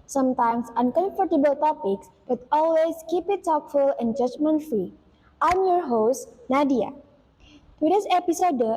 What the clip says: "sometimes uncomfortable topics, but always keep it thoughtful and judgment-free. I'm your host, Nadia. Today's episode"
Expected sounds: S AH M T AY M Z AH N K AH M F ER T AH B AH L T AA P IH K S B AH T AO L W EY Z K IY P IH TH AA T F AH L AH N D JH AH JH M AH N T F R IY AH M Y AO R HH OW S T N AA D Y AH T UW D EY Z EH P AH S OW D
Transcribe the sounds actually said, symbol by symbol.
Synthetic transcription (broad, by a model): S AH M T AY M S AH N K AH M F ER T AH B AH L T AA P IH K S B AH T AO L W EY S K IY P IH T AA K F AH L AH N JH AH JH M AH N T F R IY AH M Y AO R HH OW S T N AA D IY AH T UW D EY S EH P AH S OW D